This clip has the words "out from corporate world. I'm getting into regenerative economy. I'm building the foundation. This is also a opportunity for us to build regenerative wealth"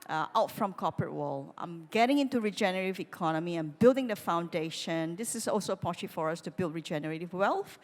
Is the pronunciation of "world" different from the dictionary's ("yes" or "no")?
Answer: yes